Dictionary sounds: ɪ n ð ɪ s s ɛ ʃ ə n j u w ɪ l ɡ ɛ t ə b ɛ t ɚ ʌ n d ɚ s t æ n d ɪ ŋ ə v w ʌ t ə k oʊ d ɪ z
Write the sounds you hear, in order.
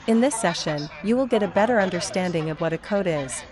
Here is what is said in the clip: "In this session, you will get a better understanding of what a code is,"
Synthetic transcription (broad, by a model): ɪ n ð ɪ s s ɛ ʃ ə n j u w ɪ l ɡ ɛ t ə b ɛ t ɚ ʌ n d ɚ s t æ n d ɪ ŋ ə v w ʌ t ə k oʊ d ɪ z